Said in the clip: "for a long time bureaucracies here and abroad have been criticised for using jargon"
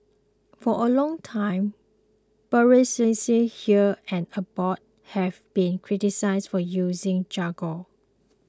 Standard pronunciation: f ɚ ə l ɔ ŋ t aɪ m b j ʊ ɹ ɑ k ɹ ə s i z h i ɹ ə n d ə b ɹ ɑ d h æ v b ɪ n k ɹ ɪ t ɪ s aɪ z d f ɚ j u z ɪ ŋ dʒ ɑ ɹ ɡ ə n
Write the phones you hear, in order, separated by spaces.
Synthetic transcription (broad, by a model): f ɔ ə l ɔ ŋ t aɪ m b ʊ ɹ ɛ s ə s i h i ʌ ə n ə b ɑ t h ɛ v b ɪ n k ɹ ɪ t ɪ s aɪ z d f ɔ j u z ɪ ŋ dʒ ɑ ɡ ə